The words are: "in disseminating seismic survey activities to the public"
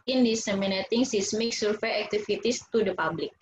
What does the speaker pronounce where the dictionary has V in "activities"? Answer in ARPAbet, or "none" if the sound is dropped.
F